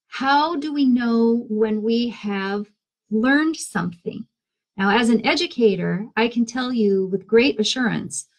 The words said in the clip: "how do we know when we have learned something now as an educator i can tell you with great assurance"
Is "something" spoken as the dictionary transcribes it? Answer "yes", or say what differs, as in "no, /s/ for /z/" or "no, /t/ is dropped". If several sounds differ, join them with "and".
yes